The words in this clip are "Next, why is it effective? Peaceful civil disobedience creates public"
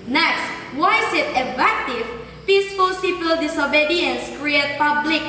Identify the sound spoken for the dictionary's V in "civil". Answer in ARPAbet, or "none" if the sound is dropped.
P